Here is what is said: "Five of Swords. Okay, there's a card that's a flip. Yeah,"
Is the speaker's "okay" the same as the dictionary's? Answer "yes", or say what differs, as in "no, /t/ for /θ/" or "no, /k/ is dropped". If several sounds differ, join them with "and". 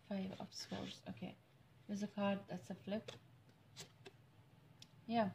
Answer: yes